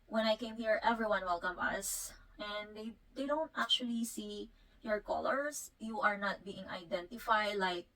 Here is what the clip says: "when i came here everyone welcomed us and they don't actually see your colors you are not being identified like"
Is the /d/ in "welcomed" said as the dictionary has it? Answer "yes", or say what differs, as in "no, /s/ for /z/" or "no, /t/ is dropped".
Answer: no, /d/ is dropped